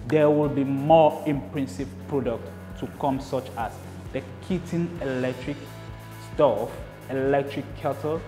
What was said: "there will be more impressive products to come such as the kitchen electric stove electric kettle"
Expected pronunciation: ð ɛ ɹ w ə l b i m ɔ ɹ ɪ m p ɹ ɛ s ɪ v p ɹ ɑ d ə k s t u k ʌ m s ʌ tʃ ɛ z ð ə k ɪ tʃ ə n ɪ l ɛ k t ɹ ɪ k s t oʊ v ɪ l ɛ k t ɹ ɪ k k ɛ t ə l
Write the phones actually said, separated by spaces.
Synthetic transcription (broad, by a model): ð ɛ w ə l b i m ɔ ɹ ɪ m p ɹ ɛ s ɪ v p ɹ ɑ d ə k t u k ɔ m s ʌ tʃ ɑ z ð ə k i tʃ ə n ɪ l ɛ k t ɹ ɪ k s t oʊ f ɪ l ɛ k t ɹ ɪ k k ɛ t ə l